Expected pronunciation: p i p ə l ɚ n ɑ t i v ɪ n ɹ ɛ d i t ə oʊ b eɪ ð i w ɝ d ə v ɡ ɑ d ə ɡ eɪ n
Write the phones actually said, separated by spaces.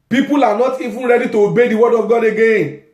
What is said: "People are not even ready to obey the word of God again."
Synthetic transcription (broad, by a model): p i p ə l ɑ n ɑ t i f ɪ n ɹ ɛ d i t oʊ b eɪ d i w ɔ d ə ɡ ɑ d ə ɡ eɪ